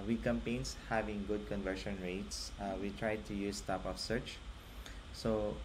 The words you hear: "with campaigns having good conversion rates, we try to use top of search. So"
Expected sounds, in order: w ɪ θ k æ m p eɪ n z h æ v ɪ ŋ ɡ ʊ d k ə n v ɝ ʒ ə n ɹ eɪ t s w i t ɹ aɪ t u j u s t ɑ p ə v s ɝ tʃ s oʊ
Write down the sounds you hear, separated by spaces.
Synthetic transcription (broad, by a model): w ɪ k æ m p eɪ n s h æ v ɪ ŋ ɡ ʊ d k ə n v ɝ ʃ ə n ɹ eɪ t s w i t ɹ aɪ t u j u s t ɑ p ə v s ɝ tʃ s oʊ